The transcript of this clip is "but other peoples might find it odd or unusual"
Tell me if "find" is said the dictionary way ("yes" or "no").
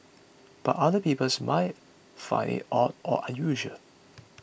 no